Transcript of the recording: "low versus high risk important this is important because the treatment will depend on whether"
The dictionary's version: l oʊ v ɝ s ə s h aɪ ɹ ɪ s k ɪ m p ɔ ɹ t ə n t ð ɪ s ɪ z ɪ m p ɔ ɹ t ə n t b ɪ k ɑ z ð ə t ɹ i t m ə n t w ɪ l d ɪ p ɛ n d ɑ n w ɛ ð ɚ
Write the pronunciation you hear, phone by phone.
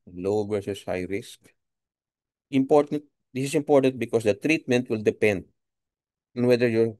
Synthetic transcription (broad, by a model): l oʊ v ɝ s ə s h aɪ ɹ ɪ s k ɪ m p ɔ ɹ t ə n t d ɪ s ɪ s ɪ m p ɔ ɹ t ə n t b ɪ k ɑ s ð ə t ɹ i t m ə n t w ɪ l d ɪ p ɛ n d ɑ n w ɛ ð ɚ